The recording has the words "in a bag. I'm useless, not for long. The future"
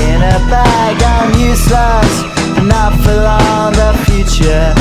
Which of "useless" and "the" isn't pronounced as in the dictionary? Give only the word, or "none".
useless